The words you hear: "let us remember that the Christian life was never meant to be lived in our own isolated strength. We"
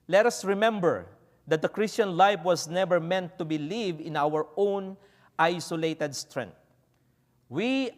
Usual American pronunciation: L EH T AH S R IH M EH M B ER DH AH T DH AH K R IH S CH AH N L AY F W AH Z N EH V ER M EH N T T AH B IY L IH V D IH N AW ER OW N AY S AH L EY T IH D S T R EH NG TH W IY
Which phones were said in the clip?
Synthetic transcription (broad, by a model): L EH T AH S R IH M EH M B ER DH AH T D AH K R IH S CH AH N L AY F W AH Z N EH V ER M EH N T T AH B IY L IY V IH N AW ER OW N AY S AH L EY T IH D S T R EH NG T W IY